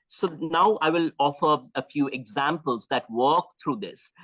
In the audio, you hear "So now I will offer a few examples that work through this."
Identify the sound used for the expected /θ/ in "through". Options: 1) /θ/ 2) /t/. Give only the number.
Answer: 2